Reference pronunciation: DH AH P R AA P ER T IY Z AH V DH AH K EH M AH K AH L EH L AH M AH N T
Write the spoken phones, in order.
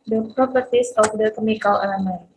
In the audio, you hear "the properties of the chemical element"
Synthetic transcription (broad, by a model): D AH P R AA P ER T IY S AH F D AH K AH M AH K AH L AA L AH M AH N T